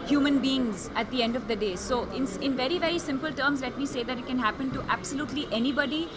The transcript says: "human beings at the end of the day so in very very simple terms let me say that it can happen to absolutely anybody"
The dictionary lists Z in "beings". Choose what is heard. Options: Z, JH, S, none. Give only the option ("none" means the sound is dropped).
Z